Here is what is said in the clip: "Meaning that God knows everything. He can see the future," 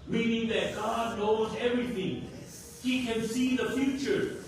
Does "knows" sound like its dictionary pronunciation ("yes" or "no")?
yes